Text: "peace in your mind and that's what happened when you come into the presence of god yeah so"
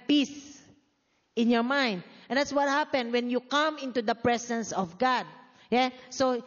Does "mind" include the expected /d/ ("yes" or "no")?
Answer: yes